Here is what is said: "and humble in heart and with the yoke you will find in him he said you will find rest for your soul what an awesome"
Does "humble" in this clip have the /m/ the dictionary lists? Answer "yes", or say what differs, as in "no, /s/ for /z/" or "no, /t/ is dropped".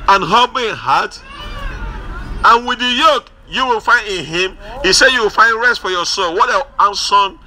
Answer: no, /m/ is dropped